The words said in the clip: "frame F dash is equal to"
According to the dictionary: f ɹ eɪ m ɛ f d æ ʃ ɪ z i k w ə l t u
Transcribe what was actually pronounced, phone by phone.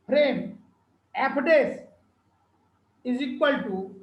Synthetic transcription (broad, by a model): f ɹ eɪ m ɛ p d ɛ s ɪ z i k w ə l t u